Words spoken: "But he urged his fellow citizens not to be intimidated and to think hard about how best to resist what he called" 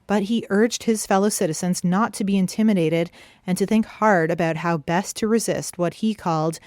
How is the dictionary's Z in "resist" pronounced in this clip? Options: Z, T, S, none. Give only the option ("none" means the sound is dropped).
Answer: Z